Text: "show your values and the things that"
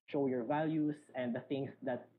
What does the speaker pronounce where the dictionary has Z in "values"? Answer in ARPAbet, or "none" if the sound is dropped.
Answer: S